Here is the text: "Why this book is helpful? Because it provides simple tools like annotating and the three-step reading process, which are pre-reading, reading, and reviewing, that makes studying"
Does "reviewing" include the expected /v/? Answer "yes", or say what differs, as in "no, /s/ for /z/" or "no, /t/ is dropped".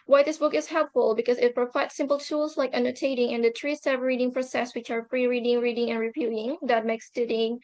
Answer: no, /p/ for /v/